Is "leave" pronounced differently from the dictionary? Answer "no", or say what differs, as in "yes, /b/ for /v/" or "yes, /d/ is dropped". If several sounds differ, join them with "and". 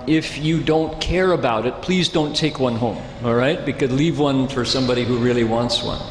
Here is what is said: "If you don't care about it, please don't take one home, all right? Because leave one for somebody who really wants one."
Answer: no